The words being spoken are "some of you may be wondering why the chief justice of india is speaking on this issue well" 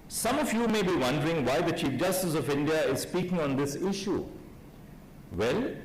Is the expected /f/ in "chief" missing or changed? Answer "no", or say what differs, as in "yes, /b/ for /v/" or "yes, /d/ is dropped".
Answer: no